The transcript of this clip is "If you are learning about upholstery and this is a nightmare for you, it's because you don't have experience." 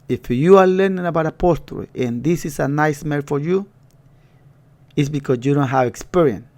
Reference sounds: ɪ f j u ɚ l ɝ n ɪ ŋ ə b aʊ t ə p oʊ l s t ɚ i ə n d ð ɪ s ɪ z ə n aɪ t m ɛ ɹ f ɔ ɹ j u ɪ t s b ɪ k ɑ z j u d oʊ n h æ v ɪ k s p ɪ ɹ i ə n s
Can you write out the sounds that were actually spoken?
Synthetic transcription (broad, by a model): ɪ f j u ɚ l ɝ n ɪ ŋ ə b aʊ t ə p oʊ s t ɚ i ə n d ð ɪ s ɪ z ə n aɪ s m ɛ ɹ f ɔ ɹ j u ɪ t s b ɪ k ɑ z j u d oʊ n h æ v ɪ k s p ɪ ɹ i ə n s